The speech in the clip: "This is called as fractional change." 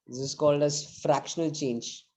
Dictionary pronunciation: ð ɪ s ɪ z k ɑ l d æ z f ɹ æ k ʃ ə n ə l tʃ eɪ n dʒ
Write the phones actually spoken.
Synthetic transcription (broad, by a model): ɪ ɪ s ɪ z k ɑ l d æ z f ɹ æ k ʃ ə n ə l tʃ eɪ n dʒ